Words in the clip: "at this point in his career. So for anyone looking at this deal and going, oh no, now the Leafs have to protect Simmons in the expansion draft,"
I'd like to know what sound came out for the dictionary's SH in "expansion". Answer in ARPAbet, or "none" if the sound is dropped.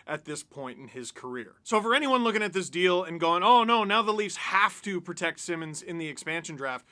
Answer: SH